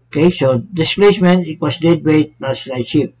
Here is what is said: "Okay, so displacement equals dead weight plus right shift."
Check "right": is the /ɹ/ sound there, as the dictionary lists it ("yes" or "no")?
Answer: no